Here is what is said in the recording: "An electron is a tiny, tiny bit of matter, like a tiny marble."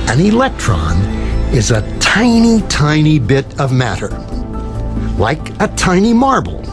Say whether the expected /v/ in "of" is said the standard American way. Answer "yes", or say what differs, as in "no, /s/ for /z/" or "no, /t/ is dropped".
yes